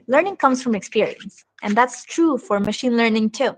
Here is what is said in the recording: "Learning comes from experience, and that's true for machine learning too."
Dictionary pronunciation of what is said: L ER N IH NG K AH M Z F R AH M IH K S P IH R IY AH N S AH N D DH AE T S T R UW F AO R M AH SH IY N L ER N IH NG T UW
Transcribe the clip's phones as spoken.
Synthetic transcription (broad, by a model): L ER N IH NG K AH M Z F R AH M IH K S P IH R IY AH N S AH N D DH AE T S T R UW F AO R M AH SH IY N L ER N IH NG T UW